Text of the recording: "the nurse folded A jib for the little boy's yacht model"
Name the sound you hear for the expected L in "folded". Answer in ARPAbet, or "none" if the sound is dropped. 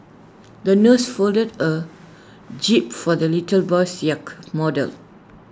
L